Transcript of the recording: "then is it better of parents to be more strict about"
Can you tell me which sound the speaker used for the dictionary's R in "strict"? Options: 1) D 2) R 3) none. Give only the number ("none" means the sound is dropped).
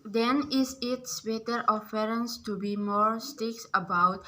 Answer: 3